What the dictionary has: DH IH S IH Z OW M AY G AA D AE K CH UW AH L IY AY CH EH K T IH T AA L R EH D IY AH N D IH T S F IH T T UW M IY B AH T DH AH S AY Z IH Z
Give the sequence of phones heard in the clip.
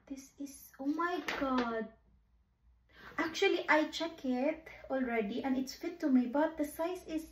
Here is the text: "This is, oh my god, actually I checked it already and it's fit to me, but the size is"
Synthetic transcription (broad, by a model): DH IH S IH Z OW M AY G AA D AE K CH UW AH L IY AY CH EH K IH T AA L R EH D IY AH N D IH T S F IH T T UW M IY B AH T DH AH S AY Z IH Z